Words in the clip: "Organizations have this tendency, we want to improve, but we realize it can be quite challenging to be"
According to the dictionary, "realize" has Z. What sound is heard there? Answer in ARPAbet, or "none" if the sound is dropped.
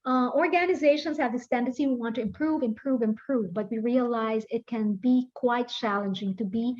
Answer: Z